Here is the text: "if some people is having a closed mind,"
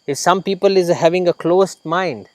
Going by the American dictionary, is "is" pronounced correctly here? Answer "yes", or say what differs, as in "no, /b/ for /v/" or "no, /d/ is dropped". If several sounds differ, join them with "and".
yes